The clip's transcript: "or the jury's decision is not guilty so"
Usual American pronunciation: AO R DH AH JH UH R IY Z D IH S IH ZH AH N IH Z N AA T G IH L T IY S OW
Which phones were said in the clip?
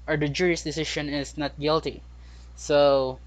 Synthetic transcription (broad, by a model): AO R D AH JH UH R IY S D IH S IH SH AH N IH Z N AA T G IH L T IY S OW